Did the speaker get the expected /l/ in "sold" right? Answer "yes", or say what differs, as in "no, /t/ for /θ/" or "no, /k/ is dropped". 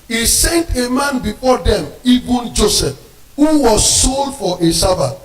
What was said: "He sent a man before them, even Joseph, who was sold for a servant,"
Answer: yes